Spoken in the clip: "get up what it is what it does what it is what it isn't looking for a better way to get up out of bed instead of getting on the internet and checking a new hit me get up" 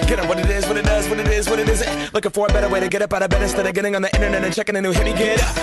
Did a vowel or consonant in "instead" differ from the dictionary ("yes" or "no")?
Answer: yes